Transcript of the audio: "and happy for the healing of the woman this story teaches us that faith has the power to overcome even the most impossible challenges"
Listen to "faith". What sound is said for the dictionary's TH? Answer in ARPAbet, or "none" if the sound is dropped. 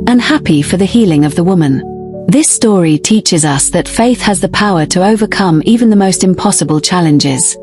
TH